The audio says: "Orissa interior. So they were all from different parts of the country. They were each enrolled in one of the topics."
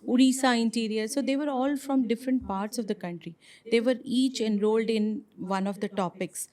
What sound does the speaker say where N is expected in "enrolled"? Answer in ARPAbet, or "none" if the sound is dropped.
N